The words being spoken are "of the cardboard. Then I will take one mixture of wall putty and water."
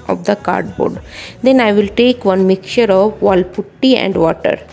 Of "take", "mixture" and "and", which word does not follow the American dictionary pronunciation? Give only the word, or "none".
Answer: mixture